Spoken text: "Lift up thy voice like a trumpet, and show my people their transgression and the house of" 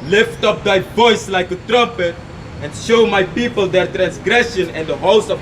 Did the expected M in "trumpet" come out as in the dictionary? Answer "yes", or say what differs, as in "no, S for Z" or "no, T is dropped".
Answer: yes